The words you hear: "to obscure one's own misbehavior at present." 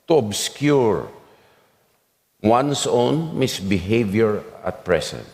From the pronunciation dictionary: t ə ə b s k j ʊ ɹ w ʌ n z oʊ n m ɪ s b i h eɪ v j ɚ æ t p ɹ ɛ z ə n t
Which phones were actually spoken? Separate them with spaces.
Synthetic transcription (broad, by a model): t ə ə b s k j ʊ ɹ w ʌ n s oʊ n m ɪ s b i h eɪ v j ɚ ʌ t p ɹ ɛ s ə n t